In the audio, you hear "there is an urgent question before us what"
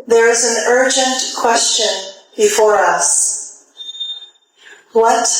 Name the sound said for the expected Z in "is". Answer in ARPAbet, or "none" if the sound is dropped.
Z